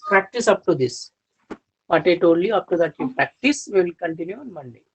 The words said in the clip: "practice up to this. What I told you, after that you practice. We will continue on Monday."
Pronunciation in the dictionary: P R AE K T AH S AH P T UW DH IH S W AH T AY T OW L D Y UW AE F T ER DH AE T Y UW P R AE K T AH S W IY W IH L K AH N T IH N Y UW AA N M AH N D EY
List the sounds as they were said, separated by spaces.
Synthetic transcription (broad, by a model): P R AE K T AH S AH P T UW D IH S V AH T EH T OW D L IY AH P T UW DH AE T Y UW P R AE K T AH S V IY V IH L K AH N T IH N Y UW AA N M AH N D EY